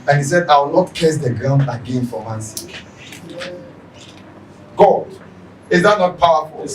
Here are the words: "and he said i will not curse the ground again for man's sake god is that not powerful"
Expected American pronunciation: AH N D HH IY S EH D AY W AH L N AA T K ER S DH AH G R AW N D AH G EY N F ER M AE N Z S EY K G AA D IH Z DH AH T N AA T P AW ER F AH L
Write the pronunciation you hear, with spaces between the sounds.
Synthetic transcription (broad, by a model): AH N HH IY S EH D AY W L N AA T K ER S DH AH G R AW N D AH G EY N F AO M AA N S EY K G AA D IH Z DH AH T N AA T P AW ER F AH L